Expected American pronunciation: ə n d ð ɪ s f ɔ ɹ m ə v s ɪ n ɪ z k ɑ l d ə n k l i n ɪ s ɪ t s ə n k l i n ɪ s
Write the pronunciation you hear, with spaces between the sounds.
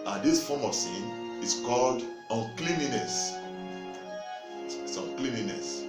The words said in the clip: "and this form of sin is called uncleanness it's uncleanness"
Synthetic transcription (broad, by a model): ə n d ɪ s f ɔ m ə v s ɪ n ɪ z k ɑ l d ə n k l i n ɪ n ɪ s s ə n k l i n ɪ s